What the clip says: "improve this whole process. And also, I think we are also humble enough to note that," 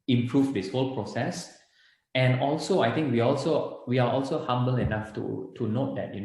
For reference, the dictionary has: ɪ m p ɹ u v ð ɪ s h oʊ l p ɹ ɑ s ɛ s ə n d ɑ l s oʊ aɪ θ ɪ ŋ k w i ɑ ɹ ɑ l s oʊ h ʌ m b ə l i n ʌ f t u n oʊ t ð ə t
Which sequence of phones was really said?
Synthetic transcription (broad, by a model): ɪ m p ɹ u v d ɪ s h oʊ l p ɹ ɑ s ɛ s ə n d ɑ l s oʊ aɪ t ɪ ŋ k w i ɑ l ɑ l s oʊ h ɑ m b ə l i n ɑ f t u n oʊ t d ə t